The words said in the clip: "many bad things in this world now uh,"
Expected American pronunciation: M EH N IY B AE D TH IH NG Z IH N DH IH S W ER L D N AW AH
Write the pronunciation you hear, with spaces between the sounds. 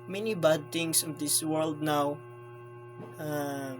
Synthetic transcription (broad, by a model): M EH N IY B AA D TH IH NG S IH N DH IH S W ER L D N AW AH